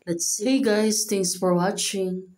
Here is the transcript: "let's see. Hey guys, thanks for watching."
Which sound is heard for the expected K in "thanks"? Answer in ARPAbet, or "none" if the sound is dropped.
none